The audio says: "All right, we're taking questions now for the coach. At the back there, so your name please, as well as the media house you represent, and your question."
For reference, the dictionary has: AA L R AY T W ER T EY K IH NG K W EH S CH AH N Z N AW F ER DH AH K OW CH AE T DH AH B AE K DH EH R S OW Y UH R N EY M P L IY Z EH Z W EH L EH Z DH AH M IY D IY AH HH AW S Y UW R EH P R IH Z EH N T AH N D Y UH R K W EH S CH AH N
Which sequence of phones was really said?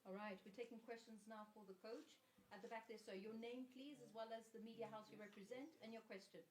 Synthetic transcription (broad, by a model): AA L R AY T W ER T EY K IH NG K W EH S CH AH N Z N AW F ER DH AH K OW CH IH T DH AH B AE K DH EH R S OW Y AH R N EY M P L IY Z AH Z W EH L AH Z DH AH M IY D IY AH HH AW S Y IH R EH P R IH Z EH N T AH N Y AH R K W EH S CH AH N